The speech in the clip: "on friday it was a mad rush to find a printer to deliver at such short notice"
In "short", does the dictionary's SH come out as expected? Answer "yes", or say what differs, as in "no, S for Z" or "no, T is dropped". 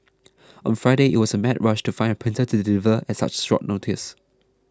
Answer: no, S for SH